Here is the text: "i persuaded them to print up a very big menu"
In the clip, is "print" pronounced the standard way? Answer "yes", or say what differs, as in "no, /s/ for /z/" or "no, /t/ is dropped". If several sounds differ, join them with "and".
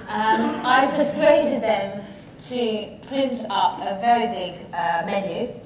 no, /l/ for /ɹ/